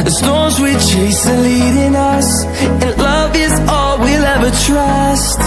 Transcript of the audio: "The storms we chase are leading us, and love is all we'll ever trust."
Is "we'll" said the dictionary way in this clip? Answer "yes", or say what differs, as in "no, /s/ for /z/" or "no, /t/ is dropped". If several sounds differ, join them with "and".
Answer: yes